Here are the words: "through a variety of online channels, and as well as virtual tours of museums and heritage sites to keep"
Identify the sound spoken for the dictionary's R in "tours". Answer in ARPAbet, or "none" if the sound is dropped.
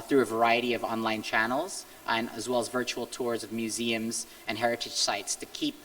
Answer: R